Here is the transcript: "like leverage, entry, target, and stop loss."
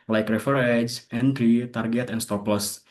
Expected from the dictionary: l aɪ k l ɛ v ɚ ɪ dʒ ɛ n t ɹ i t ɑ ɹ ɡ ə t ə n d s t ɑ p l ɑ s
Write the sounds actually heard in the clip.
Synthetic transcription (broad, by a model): l aɪ k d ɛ f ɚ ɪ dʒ ɛ n t ɹ i t ɑ ɹ ɡ ə t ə n s t ɑ p l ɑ s